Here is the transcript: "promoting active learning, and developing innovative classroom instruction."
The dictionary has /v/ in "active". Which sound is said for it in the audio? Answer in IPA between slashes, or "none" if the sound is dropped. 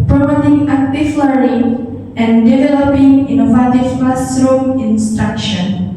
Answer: /f/